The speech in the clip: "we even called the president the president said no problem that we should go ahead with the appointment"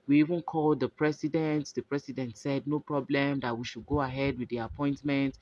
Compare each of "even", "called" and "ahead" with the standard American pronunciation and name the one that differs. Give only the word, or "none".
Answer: none